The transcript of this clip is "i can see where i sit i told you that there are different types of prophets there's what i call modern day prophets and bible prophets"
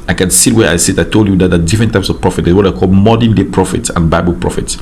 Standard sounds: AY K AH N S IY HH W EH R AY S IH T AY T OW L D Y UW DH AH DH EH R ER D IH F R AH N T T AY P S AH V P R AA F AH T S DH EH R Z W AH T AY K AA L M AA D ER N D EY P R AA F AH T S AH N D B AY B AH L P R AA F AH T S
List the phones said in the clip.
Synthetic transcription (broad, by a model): AY K AH N S IY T W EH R AY S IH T AY T OW L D Y UW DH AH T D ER D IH F R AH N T T AY P S AH V P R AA F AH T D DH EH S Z W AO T AY K AA L M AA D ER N D EY P R AA F AH T S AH N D B AY B AH L P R AA F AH T S